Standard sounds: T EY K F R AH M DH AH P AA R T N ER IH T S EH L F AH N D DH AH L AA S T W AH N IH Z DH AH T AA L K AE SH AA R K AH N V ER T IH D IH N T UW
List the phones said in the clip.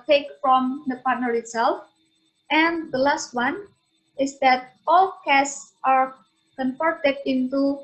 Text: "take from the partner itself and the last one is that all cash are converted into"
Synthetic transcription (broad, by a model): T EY K F R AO M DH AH P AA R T N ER IH T S EH L F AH N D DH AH L AA S T W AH N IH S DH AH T AA L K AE S AA R K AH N F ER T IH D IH N T UW